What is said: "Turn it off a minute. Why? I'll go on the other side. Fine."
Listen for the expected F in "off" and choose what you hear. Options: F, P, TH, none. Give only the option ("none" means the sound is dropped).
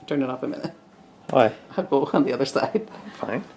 P